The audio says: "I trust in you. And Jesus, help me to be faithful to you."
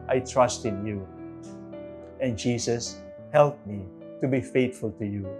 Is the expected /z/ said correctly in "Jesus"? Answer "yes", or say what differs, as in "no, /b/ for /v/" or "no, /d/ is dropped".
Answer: no, /s/ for /z/